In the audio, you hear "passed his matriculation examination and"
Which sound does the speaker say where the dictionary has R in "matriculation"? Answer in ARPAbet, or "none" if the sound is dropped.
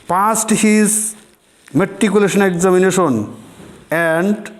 none